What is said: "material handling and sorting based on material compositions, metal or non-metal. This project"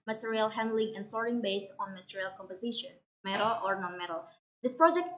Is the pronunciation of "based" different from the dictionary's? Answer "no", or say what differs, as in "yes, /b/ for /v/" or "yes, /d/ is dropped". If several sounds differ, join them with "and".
no